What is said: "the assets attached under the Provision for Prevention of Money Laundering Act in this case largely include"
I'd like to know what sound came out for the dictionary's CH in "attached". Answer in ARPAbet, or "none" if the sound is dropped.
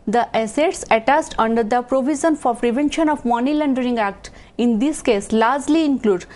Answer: S